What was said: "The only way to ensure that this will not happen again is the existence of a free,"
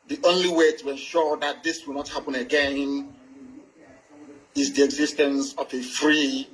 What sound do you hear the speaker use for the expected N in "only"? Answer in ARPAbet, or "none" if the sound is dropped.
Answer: N